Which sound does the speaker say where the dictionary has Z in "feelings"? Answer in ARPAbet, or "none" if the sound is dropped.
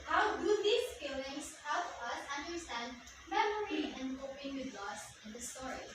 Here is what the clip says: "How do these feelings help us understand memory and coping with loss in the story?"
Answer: S